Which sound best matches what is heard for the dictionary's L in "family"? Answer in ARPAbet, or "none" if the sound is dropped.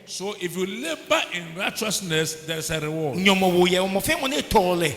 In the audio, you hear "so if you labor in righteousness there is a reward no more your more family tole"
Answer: N